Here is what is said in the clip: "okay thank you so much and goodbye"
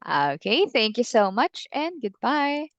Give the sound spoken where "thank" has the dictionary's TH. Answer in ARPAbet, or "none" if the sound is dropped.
TH